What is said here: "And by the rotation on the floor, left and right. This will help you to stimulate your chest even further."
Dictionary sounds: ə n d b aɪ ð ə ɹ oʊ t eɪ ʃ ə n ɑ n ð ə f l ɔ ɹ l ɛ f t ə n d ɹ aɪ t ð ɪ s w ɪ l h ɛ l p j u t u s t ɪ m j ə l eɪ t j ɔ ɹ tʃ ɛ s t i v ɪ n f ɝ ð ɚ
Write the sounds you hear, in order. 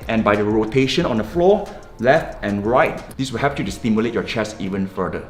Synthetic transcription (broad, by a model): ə n b aɪ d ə ɹ oʊ t eɪ ʃ ə n ɑ n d ə f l ɔ l ɛ f t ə n ɹ aɪ t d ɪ s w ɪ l h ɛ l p j u t u s t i m j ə l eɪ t j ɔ tʃ ɛ s i v ɪ n f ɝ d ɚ